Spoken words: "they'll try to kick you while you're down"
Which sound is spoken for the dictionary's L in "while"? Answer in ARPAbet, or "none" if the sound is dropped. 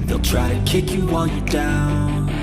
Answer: N